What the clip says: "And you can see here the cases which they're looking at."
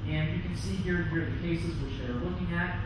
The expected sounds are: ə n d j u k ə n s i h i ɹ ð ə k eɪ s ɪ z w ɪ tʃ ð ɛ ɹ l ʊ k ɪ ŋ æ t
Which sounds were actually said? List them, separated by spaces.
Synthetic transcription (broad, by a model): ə n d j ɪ k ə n s i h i ɹ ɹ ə k eɪ s ɪ z w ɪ tʃ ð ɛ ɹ l ʊ k ɪ ŋ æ t